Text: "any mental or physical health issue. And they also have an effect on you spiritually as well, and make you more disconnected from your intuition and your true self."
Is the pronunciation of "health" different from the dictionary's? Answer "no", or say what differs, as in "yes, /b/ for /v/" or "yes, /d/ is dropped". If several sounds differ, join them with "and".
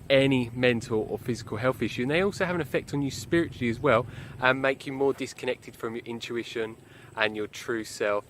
no